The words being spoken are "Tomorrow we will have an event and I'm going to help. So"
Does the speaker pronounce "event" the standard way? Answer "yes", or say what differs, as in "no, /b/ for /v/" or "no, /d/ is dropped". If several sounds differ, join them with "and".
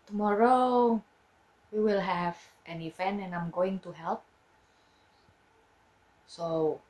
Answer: no, /t/ is dropped